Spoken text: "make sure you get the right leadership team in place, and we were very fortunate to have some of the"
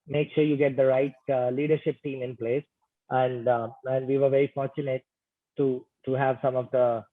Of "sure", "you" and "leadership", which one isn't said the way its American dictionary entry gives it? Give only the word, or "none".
none